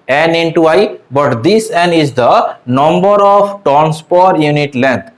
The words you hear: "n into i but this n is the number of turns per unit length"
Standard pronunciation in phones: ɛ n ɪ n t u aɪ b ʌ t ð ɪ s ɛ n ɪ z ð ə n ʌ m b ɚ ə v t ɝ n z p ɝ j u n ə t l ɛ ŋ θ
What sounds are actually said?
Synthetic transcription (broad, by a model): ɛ n ɪ n t u aɪ b ʌ t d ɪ s ɛ n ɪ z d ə n ʌ m b ɚ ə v t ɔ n s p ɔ j u n ə t l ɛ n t